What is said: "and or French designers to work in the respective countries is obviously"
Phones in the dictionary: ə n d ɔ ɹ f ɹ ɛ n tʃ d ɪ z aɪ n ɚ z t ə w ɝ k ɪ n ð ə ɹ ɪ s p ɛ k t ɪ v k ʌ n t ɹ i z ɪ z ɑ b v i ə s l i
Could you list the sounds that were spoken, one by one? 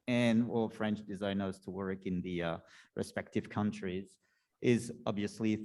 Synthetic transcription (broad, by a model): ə n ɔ l f ɹ ɛ n tʃ d ɪ z aɪ n ɚ z t ə w ɝ k ɪ n ð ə ɹ ɪ s p ɛ k t ɪ v k ʌ n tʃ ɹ i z ɪ z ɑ b v i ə s l i